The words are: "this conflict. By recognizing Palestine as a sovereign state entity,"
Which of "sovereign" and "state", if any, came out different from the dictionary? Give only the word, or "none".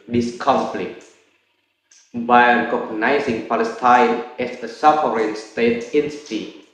sovereign